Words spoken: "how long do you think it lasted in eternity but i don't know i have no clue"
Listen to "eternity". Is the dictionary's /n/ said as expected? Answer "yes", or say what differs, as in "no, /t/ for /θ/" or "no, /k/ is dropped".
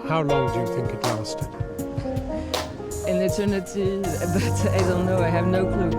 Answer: yes